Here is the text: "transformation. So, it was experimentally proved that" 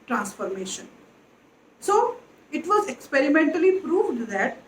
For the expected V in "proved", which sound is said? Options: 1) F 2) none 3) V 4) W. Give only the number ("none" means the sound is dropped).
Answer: 3